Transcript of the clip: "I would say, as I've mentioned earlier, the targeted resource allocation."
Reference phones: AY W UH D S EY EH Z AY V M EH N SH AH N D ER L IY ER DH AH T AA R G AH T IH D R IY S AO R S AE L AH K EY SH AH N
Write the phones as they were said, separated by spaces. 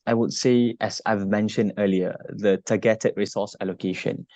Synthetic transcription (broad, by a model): AY W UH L S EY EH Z AY V M EH N SH AH N D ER L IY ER DH AH T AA G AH T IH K R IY S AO S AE L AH K EY SH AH N